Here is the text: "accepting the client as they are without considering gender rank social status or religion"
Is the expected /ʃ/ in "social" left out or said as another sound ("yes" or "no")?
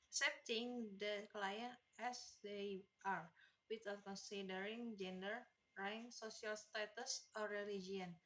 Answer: yes